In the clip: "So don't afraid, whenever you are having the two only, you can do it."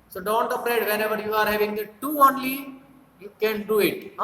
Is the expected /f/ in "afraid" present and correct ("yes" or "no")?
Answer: no